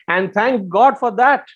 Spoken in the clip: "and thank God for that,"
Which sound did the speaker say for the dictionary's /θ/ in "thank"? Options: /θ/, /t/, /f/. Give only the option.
/t/